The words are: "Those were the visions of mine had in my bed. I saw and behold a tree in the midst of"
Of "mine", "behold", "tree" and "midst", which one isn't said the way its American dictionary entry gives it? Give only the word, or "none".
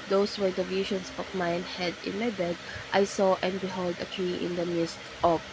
tree